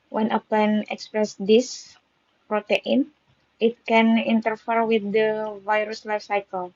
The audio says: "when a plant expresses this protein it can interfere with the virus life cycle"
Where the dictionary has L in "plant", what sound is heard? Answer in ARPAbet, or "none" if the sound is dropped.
none